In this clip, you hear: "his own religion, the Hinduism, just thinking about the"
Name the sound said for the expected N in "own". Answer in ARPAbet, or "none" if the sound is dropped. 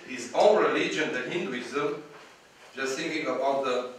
L